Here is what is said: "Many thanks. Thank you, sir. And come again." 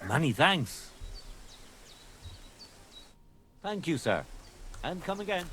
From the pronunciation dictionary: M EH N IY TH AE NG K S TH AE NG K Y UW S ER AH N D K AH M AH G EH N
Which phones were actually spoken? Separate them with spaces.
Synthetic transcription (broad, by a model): M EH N IY TH AE NG K S TH AE NG K Y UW S ER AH N K AH M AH G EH N